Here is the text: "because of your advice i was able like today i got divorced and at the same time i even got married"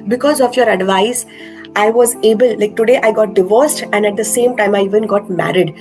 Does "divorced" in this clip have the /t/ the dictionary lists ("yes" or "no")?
yes